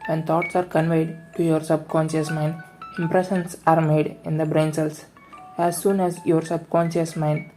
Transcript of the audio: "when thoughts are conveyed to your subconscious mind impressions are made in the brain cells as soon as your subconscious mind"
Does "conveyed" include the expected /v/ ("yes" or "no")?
yes